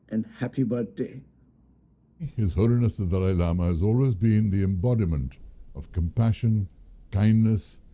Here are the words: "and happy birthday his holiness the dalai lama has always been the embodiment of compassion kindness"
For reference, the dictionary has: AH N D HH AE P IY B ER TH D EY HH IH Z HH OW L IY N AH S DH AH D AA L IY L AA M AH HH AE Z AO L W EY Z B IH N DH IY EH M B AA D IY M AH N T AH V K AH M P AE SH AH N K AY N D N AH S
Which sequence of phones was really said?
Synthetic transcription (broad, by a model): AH N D HH AE P IY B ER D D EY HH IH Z HH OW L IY N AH S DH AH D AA IH L AA M AH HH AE Z AO L W EY Z B IH N DH IY EH M B AA D IY M AH N T AH V K AH M P AE SH AH N K AY N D N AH S